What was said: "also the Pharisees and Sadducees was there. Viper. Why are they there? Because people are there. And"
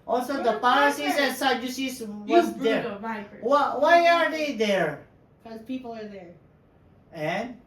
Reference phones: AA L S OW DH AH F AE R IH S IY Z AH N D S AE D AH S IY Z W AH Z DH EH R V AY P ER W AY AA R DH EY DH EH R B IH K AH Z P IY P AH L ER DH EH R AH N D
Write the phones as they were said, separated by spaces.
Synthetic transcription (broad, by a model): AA L S OW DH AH P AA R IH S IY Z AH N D S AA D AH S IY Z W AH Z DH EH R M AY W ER W AY AA R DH EY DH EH R K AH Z P IY P L ER DH EH R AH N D